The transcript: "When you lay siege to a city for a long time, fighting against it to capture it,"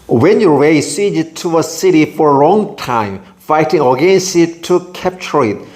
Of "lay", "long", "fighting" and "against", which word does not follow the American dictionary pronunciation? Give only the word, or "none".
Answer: lay